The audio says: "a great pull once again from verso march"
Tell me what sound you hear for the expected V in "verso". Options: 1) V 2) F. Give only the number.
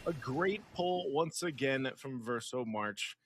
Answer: 1